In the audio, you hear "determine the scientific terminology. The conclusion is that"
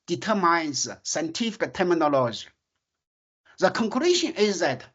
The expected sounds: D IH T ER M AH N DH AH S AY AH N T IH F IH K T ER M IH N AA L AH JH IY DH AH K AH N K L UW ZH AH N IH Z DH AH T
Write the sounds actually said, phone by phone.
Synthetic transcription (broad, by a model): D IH T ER M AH N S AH S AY N T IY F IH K T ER M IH N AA L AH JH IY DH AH K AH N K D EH SH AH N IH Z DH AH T